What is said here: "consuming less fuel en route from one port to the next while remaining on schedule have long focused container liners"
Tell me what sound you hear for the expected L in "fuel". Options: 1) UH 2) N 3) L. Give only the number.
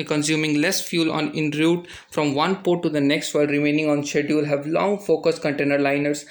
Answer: 2